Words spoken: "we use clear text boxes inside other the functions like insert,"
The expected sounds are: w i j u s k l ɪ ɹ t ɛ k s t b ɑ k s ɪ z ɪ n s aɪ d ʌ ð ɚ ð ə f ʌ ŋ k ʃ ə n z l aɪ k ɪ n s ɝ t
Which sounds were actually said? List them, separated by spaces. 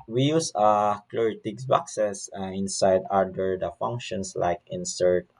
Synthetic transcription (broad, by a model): w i j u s k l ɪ ɹ t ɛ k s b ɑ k s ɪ s ɪ n s aɪ d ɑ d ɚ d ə f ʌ ŋ k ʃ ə n s l aɪ k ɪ n s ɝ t